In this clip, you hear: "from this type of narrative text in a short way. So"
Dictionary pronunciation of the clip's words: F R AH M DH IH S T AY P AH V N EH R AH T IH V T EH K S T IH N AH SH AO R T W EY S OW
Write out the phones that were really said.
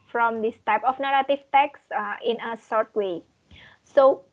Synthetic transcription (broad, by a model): F R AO M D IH S T AY P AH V N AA R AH T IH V T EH K S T IH N AH S AO R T W EY S OW